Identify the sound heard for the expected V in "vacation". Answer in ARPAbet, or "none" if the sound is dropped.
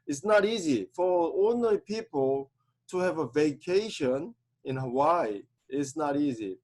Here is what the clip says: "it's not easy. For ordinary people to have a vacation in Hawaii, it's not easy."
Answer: V